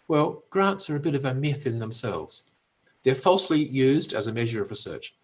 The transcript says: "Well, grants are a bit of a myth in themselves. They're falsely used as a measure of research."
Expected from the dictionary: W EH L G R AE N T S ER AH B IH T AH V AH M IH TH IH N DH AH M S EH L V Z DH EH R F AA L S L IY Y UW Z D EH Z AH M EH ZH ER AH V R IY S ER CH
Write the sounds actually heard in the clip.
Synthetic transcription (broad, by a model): W EH L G R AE N T S ER AH B IH T AH V AH M IH TH IH N DH AH M S EH L V Z DH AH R F AA L S L IY Y UW Z D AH Z AH M EH ZH ER AH V R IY S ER CH